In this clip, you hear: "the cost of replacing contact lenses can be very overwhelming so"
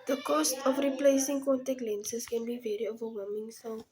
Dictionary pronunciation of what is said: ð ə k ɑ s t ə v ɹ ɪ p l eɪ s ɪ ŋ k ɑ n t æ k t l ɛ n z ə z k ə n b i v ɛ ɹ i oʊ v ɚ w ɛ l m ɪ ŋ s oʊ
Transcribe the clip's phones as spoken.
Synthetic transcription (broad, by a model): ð ə k ɑ s t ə f ɹ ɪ p l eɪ s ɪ ŋ k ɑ n t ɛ k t l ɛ n s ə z k ə n b i v ɛ ɹ i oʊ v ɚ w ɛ m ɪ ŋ s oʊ